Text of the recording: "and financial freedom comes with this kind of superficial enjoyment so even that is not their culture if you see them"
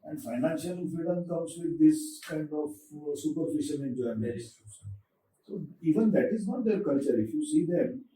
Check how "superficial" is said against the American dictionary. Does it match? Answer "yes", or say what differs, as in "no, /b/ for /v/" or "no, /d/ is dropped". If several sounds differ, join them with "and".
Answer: no, /n/ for /l/